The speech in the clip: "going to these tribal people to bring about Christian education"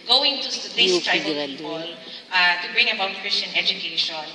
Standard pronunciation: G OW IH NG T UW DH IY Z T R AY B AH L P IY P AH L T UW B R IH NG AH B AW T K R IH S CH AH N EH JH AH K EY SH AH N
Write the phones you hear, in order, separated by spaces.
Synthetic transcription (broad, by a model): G OW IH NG T UW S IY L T AY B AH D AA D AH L T UW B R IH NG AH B AW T K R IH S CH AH N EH JH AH K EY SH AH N